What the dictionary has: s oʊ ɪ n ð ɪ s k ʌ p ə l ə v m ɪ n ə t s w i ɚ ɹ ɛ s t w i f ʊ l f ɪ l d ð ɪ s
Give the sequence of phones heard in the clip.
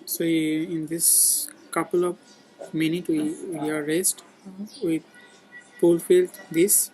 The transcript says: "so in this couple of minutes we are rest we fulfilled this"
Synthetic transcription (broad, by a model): s oʊ ɪ n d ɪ s k ʌ p ə l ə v m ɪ n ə t w i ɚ ɹ ɛ s t w i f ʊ l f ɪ l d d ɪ s